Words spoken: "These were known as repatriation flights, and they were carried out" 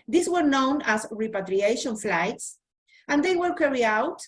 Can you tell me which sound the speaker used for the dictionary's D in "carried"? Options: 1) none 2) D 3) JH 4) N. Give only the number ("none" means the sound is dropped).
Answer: 1